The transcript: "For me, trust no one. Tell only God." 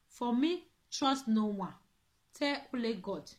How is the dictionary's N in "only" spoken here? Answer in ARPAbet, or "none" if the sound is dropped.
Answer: none